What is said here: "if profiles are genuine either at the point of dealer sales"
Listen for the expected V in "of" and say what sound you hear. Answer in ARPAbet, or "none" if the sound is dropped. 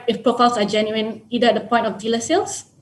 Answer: F